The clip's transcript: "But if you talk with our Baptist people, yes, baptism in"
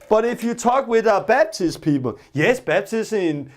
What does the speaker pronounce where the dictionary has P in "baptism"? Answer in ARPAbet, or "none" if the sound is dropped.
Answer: B